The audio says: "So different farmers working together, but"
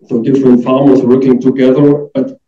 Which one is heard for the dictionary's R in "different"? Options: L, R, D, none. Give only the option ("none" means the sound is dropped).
R